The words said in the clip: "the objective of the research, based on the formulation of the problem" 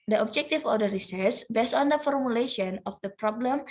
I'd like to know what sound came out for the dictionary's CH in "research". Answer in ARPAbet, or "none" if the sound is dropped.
S